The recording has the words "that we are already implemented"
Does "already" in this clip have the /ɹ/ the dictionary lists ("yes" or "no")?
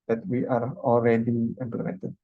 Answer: no